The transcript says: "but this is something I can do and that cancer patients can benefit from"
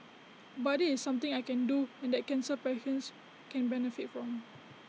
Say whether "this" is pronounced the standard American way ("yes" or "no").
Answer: no